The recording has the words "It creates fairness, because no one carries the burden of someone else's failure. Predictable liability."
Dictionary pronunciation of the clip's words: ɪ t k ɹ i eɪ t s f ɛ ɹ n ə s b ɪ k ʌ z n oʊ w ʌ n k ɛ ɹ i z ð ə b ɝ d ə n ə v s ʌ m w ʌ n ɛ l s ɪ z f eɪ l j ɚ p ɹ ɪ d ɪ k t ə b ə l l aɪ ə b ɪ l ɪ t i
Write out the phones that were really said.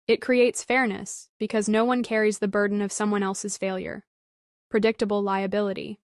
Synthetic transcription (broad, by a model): ɪ t k ɹ i eɪ t s f ɛ ɹ n ə s b ɪ k ʌ z n oʊ w ʌ n k ɛ ɹ i z ð ə b ɝ d n ə v s ʌ m w ʌ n ɛ l s ɪ z f eɪ l j ɚ p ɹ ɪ d ɪ k t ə b l l aɪ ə b ɪ l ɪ t i